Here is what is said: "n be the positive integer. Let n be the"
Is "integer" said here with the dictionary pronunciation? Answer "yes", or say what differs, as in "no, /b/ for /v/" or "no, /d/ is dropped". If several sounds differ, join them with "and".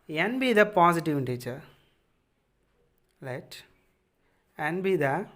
no, /tʃ/ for /dʒ/